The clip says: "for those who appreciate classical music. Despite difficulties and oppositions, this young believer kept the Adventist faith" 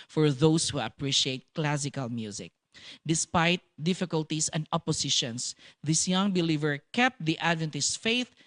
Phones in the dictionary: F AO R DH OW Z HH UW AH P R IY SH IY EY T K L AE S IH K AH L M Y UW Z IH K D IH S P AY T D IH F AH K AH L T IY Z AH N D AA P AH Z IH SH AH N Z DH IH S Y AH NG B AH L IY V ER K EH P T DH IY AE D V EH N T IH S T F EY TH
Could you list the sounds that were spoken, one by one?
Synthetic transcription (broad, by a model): F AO R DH OW S HH UW AH P R IY SH IY EY T K L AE S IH K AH L M Y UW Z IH K D IH S P AY T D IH F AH K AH L T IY S AH N D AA P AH S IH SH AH N S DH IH S Y AH NG B AH L IY V ER K EH P T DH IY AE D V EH N T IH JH F EY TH